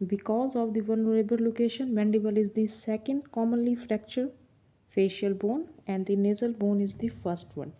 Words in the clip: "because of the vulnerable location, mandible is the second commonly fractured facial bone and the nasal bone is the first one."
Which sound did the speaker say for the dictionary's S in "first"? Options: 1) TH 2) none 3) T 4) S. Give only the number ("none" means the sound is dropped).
4